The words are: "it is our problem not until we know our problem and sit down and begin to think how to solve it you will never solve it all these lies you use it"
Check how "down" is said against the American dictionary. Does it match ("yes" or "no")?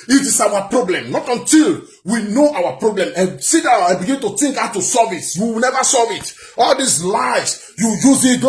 no